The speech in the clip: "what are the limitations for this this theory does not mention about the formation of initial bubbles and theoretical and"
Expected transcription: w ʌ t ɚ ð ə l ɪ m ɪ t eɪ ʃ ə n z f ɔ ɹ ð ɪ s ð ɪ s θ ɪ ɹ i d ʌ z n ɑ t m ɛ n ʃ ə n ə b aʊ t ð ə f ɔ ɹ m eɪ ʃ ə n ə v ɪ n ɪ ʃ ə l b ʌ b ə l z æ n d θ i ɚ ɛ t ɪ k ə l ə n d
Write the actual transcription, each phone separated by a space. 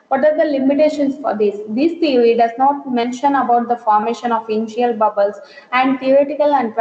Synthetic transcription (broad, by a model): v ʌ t ɚ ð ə l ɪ m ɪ t eɪ ʃ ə n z f ɔ ɹ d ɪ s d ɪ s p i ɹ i d ʌ z n ɑ t m ɛ n ʃ ə n ə b aʊ t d ə f ɔ ɹ m eɪ ʃ ə n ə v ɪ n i ə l b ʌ b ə l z æ n d t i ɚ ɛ t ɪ k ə l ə n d